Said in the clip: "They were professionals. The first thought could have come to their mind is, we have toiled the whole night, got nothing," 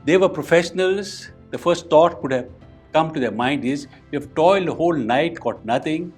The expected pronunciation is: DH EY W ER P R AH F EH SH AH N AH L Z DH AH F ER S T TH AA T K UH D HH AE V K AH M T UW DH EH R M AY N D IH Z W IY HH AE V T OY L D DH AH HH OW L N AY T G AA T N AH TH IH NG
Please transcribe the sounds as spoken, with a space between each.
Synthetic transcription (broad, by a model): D EY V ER P R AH F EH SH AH N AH L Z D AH F ER S T T AA T K UH D HH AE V K AH M T UW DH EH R M AY N D IH Z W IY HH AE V T OY L D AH HH OW L N AY T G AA T N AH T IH NG